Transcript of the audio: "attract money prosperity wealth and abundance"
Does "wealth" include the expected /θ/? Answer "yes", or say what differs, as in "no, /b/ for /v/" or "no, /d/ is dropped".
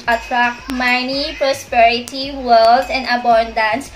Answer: no, /s/ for /θ/